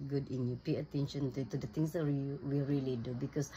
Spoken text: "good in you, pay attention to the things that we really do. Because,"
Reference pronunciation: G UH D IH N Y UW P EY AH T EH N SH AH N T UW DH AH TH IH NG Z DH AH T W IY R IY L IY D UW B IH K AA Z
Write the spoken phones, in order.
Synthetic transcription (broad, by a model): G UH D IH N Y UW P EY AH T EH N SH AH N T UW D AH T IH NG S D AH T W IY R IY L IY D UW B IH K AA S